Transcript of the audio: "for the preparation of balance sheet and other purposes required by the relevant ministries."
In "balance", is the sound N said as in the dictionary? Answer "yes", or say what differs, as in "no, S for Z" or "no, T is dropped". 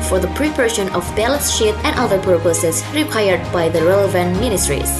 no, N is dropped